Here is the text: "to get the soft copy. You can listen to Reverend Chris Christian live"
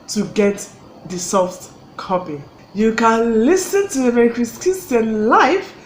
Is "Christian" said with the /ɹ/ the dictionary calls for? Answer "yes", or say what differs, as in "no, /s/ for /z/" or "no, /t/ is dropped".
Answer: no, /ɹ/ is dropped